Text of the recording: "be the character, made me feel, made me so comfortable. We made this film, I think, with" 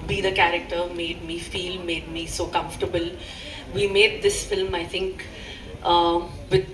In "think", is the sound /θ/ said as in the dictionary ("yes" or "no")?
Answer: no